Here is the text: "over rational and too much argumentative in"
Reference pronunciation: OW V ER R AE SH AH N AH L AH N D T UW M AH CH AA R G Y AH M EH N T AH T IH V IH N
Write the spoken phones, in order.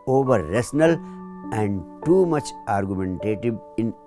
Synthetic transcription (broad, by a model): OW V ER R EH S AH N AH L AH N D T UW M AH CH AA R G Y AH M EH N T AH T IH V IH N